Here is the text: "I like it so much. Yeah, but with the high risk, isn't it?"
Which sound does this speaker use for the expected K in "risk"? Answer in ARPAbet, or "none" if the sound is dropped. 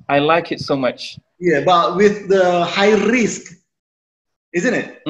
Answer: K